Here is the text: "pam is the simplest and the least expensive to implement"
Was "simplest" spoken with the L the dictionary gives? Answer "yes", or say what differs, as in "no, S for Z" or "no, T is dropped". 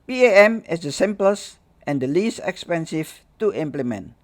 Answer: yes